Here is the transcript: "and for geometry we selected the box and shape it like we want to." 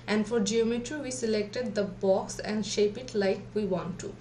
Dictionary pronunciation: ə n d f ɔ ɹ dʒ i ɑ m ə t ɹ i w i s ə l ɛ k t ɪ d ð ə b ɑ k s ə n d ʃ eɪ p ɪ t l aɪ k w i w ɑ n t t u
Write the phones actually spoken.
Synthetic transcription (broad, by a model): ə n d f ɔ ɹ dʒ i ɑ m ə t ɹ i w i s ə l ɛ k t ɪ d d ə b ɑ k s ə n d ʃ eɪ p ɪ t l aɪ k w i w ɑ n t t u